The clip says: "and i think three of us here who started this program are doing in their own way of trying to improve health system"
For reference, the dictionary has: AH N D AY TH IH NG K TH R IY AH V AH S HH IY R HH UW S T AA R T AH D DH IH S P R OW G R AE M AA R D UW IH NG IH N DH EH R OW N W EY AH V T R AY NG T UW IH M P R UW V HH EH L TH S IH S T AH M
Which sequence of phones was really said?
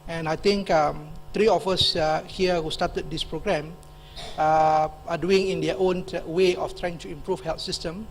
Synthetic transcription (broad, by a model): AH N AY T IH NG K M R IY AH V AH S HH IY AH HH UW S T AA T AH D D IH S P R OW G R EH M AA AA D UW IH NG IH N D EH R OW N W EY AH F T R AY NG T UW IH M P R UW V HH EH L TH S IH S T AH M